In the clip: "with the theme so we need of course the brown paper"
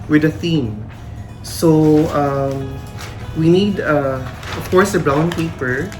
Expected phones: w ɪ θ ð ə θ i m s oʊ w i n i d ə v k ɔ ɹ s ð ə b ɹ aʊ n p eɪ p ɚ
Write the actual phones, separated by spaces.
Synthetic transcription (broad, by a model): w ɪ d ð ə θ i m s oʊ w i n i d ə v k ɔ ɹ s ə b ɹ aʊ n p eɪ p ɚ